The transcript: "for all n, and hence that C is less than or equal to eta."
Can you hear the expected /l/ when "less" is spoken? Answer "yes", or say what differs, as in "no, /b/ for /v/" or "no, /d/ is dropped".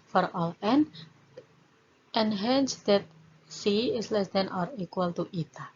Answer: yes